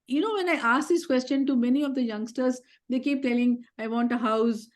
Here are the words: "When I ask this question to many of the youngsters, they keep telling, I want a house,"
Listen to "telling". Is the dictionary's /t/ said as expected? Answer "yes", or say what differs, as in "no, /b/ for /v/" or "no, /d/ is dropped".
yes